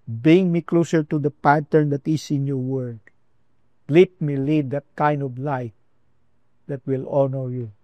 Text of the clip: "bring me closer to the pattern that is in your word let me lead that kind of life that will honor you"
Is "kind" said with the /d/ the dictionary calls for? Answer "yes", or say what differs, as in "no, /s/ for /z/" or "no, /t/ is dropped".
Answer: yes